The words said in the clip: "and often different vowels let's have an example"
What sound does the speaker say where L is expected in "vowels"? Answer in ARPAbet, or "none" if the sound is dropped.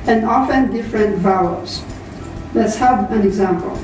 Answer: none